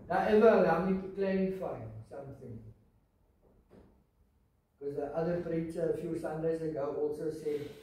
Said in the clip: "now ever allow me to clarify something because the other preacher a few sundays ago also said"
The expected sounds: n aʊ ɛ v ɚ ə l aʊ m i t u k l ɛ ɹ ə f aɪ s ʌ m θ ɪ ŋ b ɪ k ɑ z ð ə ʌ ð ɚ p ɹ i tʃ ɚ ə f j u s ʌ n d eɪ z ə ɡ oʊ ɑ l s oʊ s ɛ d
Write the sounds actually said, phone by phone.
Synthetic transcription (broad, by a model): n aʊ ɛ v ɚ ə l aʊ m i t u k l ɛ ə f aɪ s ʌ m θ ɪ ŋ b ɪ k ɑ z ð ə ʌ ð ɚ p ɹ i tʃ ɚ ə f j u s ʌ n d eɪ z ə ɡ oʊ ɑ l s oʊ s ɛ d